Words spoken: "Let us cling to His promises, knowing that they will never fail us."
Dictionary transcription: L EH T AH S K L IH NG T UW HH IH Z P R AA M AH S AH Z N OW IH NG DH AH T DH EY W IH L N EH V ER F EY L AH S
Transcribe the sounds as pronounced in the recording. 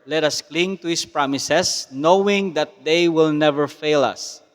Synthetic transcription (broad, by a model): L EH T AH S K L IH NG T UW HH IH S P R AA M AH S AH S N OW IH NG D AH T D EY W IH L N EH V ER F EY L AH S